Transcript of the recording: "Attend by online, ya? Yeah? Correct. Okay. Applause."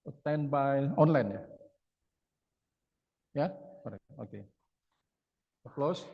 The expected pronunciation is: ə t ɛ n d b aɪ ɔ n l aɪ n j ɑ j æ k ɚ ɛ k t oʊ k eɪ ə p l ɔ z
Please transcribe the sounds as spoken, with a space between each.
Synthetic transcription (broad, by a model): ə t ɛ n b aɪ ɔ n l aɪ n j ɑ j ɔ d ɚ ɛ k oʊ k eɪ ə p l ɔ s